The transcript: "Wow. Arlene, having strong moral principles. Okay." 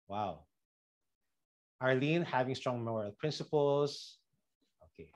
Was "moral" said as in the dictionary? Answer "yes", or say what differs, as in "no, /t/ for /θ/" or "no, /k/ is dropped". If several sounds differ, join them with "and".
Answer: no, /ɹ/ is dropped